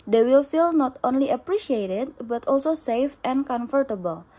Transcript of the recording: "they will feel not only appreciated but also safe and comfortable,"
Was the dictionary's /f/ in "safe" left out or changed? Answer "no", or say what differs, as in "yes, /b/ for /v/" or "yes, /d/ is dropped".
no